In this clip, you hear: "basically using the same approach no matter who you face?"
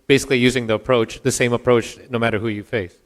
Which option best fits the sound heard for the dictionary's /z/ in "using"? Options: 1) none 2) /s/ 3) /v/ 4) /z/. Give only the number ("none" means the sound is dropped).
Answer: 4